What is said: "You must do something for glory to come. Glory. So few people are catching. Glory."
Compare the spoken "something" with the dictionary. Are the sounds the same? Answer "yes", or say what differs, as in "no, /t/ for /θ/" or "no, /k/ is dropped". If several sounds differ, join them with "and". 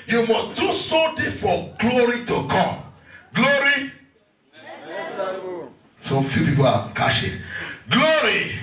no, /t/ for /θ/